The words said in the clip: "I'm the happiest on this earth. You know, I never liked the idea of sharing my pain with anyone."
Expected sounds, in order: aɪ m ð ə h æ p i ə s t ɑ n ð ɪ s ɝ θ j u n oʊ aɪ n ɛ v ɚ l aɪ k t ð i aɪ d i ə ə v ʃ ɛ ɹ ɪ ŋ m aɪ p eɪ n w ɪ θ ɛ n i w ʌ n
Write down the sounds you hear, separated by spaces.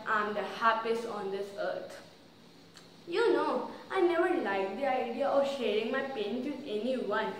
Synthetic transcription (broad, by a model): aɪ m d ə h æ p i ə s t ɑ n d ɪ s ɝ t j u n oʊ aɪ n ɛ v ɚ l aɪ k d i aɪ d i ə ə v ʃ ɛ ɹ ɪ ŋ m aɪ p eɪ n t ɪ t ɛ n i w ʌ n